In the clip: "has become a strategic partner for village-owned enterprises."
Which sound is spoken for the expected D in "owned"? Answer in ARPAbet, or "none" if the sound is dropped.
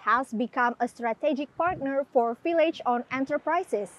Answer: none